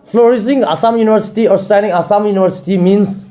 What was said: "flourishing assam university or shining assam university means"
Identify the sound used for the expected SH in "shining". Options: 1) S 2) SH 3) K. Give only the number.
1